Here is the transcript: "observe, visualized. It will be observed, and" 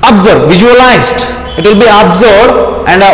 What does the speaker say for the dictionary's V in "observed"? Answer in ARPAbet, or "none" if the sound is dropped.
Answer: none